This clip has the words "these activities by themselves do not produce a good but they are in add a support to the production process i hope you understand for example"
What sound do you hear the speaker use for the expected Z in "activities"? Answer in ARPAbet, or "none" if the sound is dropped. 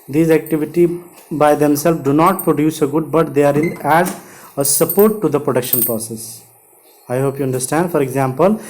none